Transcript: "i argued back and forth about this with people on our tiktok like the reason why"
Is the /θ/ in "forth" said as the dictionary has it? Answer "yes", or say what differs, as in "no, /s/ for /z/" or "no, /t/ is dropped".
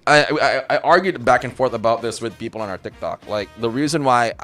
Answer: yes